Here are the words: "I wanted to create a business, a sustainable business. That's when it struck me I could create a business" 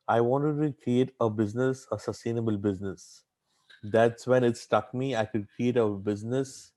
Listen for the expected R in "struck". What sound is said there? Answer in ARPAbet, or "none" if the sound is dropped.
none